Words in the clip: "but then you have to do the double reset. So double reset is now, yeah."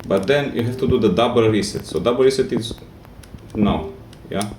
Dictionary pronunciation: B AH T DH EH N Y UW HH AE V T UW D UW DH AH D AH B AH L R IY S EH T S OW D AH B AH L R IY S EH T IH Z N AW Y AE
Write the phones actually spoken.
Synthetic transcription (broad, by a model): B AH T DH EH N Y UW HH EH F T UW D UW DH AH D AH B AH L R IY S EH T S OW D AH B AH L R IY S EH T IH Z N AW Y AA